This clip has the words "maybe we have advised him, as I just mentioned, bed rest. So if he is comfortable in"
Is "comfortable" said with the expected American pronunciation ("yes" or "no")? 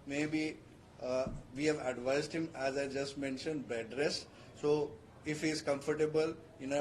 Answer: yes